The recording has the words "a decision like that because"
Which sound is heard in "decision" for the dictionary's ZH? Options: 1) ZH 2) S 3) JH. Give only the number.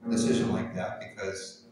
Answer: 1